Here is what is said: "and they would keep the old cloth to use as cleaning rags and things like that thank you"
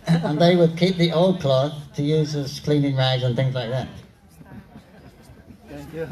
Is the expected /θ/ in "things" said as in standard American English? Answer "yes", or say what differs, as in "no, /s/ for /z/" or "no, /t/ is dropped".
yes